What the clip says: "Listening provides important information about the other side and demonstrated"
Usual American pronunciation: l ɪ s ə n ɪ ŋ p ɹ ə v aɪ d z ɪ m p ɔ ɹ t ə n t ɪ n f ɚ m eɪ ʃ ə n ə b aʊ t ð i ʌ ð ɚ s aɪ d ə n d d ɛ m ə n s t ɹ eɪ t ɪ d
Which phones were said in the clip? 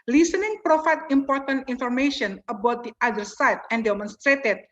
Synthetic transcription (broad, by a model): l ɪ s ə n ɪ ŋ p ɹ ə f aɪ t ɪ m p ɔ ɹ t ə n t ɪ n f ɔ m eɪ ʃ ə n ə b aʊ t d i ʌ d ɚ s aɪ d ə n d d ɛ m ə n s t ɹ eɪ t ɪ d